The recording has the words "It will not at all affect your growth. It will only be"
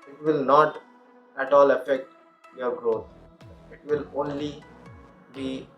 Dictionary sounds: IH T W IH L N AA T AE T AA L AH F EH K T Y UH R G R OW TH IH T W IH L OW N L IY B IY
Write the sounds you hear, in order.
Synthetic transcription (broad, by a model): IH T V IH L N AA T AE T AA L AH F EH K T Y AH R G R OW T IH T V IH L OW N L IY B IY